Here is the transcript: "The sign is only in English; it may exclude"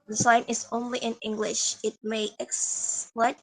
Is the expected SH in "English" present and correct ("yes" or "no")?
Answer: yes